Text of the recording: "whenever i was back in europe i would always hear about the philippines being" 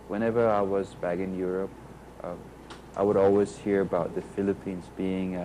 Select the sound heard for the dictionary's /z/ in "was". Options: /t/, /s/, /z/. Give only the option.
/z/